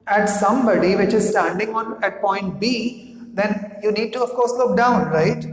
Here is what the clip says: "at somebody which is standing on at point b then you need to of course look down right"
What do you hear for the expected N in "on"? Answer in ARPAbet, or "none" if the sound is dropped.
N